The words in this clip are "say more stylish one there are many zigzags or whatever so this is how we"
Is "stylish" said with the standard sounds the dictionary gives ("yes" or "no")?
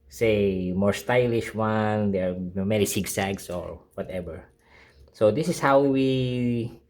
yes